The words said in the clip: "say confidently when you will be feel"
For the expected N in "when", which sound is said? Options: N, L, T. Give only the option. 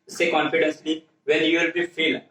L